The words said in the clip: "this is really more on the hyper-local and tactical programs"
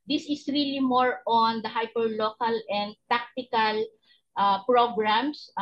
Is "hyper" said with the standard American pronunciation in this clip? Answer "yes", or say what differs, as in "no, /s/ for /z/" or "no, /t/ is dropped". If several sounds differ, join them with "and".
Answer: yes